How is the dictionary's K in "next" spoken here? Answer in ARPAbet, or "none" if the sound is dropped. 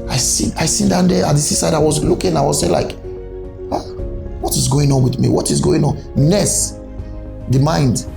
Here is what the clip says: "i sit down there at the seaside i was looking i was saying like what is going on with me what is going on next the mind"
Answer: none